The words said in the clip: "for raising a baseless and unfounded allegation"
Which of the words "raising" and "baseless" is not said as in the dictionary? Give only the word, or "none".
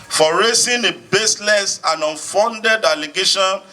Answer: raising